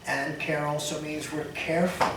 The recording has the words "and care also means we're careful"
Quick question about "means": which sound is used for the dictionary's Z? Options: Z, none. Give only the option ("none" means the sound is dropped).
Z